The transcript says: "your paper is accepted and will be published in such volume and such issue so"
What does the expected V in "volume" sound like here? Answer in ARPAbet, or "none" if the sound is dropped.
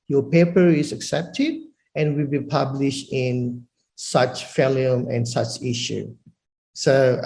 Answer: F